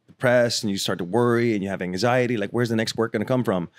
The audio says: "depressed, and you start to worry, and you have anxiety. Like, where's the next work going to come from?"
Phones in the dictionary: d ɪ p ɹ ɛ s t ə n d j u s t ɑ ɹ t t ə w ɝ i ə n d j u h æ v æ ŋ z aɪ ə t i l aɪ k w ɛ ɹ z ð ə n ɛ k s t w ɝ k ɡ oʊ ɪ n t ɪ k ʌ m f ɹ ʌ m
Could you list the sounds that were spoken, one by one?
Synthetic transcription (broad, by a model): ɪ p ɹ ɛ s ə n j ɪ s t ɑ ɹ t t ə w ɝ i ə n j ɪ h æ v æ ŋ z aɪ ə t i l aɪ k w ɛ ɹ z ð ə n ɛ k s t w ɝ k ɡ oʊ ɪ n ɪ k ʌ m f ɹ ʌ m